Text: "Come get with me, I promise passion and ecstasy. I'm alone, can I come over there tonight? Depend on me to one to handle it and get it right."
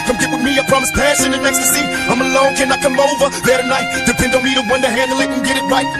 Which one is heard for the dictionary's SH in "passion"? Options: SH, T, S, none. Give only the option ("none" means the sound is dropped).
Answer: S